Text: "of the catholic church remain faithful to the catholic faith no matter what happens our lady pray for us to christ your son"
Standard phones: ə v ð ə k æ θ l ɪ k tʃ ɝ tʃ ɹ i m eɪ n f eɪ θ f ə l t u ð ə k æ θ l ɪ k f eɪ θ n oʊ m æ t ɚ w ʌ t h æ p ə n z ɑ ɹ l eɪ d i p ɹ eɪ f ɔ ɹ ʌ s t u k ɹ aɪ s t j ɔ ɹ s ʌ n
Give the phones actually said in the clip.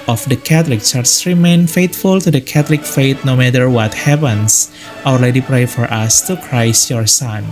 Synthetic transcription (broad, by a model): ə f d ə k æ t l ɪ k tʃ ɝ s ɹ i m eɪ n f eɪ t f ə l t u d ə k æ t l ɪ k f eɪ t n oʊ m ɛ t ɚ w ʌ t h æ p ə n s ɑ l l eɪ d i p ɹ eɪ f ɔ ɹ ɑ s t u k ɹ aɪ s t j ɔ ɹ s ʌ n